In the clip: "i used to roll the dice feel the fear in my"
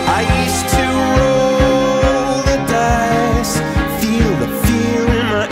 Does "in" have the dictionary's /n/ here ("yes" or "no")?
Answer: no